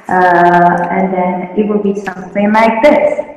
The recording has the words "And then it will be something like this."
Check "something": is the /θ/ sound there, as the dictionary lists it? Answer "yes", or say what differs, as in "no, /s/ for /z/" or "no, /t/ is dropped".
no, /s/ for /θ/